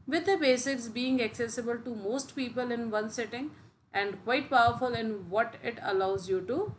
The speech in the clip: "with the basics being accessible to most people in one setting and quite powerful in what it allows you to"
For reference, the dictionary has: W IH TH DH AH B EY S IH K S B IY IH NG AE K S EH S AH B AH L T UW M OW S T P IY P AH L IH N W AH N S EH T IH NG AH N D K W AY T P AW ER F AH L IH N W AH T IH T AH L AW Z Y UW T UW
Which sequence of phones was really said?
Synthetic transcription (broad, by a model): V IH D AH B EY S IH K S B IY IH NG AE K S EH S AH B AH L T UW M OW S T P IY P AH L IH N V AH N S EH T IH NG AH N D K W AY T P AW ER F AH L IH N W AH T IH T AH L AW Z Y UW T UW